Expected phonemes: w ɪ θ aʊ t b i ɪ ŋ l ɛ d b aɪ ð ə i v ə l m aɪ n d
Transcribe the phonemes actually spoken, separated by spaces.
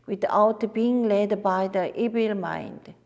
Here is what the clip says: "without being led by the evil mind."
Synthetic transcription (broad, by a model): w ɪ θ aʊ t b i ɪ ŋ l ɛ d b aɪ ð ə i b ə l m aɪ n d